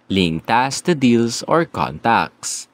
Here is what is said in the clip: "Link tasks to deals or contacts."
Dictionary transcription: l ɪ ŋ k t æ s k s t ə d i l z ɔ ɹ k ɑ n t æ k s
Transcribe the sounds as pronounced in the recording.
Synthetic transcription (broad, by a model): l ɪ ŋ t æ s s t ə d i l s ɔ ɹ k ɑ n t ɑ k s